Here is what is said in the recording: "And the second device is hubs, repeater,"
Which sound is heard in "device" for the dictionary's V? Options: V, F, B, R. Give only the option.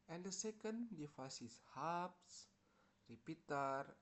F